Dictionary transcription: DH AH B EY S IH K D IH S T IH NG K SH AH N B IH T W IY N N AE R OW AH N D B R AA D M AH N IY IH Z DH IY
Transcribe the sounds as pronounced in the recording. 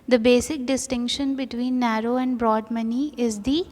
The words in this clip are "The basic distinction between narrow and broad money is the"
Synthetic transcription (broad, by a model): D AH B EY S IH K D IH S T IH NG K SH AH N B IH T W IY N N AE R OW AH N D B R AA D M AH N IY IH Z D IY